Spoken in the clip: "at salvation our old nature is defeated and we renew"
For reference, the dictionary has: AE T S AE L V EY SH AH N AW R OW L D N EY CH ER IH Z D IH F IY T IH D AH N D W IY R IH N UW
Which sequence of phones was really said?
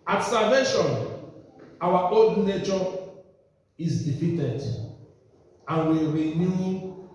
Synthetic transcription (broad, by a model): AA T S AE V EY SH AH N AW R OW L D N EY CH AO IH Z D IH F IY T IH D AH N W IY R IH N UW